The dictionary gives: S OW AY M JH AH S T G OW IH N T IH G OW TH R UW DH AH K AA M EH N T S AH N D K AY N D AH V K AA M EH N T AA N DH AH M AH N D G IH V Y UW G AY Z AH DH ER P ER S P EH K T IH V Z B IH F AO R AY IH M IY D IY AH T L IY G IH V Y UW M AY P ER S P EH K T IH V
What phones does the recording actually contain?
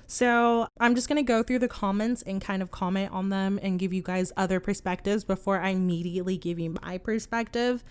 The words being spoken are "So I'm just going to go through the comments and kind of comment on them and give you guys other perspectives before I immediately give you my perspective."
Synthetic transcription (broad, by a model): S OW AY M JH AH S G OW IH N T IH G OW TH R UW DH AH K AA M EH N T S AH N K AY N D AH V K AA M EH N T N DH AH M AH N G IH V Y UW G AY Z AH DH ER P ER S P EH K T IH V Z B IH F AO R AY IH M IY D IY AH T L IY G IH V Y UW M AY P ER S P EH K T IH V